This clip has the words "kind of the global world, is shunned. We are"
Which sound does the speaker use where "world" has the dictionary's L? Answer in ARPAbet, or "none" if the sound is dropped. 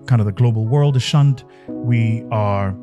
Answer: L